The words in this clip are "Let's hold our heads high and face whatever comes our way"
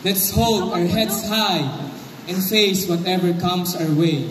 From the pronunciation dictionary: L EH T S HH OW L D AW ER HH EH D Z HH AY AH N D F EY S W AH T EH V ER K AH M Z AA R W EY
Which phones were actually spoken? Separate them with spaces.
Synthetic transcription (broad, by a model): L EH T S HH OW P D AW ER HH EH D S HH AY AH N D F EY S W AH T EH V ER K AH M S AA R W EY